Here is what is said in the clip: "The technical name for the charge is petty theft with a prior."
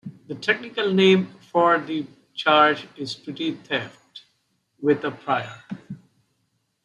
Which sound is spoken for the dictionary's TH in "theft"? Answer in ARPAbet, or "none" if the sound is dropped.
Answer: T